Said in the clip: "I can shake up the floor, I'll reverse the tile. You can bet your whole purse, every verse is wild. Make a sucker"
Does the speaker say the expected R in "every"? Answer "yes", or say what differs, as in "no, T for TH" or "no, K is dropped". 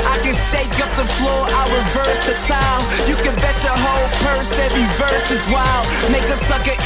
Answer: no, R is dropped